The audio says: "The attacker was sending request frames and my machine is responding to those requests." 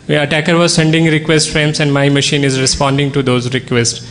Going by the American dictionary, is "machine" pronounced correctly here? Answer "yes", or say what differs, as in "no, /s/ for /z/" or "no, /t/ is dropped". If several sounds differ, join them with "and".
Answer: yes